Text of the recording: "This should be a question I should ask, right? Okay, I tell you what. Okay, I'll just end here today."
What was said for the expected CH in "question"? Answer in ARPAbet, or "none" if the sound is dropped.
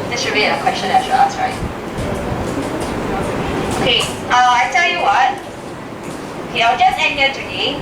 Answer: CH